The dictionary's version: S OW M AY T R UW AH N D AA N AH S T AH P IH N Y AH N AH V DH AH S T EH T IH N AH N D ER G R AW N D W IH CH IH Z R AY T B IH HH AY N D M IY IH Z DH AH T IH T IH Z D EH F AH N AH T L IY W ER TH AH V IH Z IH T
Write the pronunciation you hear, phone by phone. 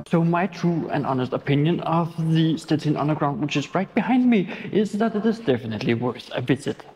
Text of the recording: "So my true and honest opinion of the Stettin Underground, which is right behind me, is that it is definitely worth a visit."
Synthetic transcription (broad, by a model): S OW M AY T R UW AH N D AA N AH S T AH P IH N Y AH N AH V DH AH S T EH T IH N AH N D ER G R AW N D W IH CH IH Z R AY T B IH HH AY N D M IY IH Z DH AH T IH T IH Z D EH F AH N AH T L IY W ER S AH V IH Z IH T